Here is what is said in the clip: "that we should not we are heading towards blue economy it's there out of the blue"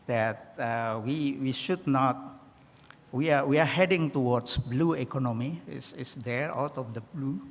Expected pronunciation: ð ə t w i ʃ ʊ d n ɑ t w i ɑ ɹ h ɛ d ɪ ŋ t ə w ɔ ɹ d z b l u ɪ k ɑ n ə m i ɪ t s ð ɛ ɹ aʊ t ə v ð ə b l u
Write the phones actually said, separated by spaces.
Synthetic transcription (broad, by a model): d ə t w i ʃ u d n ɑ t w i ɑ w h ɛ d ɪ ŋ t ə w ɔ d s b l u ɪ k ɑ n ə m i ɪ s s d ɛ ɹ aʊ t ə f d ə b l u